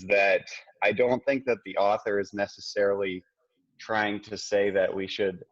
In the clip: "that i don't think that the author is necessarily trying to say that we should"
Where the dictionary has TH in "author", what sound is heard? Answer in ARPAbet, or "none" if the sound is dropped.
TH